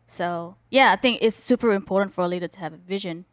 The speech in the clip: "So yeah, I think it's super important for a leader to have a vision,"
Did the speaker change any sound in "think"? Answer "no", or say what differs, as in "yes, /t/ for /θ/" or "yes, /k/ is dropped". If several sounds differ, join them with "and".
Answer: no